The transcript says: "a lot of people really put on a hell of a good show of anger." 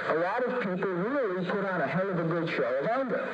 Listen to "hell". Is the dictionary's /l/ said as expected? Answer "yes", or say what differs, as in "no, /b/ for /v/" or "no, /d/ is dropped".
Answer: no, /n/ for /l/